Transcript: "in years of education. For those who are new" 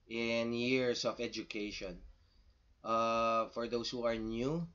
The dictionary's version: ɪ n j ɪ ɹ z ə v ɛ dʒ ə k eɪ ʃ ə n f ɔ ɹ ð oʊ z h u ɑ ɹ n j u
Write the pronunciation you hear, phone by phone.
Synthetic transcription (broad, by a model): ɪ n j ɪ ɹ s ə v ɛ dʒ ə k eɪ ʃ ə n f ɔ ɹ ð oʊ s h u ɑ ɹ n j u